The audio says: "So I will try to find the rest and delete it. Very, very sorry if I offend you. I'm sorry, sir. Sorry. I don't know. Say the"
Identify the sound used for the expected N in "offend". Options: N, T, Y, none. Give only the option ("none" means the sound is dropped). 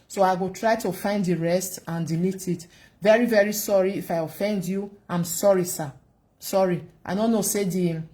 N